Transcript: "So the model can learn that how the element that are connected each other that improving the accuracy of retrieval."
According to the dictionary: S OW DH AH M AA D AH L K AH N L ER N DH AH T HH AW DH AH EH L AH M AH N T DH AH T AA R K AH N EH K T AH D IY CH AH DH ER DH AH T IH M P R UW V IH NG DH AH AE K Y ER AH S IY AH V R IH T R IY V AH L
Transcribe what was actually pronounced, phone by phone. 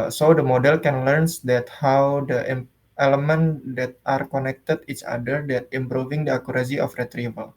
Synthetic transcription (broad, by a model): S OW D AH M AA D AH L K AH N L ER N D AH T HH AW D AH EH L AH M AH N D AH T AA R K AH N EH K T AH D IY CH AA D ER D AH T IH M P R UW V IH NG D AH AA K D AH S IY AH F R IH T R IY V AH L